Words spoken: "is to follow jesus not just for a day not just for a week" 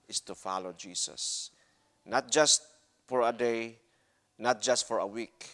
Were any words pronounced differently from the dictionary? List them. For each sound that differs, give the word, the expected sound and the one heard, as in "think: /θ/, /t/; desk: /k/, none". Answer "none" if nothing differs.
jesus: /z/, /s/